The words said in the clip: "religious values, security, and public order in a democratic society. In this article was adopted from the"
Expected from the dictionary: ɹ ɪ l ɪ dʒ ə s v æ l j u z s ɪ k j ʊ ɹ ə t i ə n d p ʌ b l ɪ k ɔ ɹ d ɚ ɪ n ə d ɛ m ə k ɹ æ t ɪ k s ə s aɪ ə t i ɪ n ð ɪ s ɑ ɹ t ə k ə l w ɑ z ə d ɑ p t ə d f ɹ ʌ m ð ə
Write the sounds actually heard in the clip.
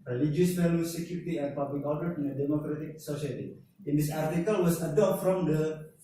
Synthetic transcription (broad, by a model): ɹ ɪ l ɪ dʒ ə s f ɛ l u s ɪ k j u ɹ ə t i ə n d p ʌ b l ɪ k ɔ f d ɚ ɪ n ə d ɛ m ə k ɹ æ t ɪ k s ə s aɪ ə t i ɪ n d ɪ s ɑ ɹ t ə k ə l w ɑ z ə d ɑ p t f ɹ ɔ m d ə